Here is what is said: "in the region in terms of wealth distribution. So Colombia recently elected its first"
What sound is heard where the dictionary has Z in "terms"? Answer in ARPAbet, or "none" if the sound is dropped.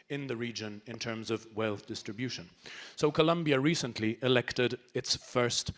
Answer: Z